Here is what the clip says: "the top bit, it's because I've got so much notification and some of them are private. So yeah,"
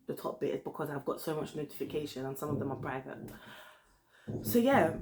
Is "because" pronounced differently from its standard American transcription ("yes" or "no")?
no